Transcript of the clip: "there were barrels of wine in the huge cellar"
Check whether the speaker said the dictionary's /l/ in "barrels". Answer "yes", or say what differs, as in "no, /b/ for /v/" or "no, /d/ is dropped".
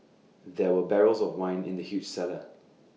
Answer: yes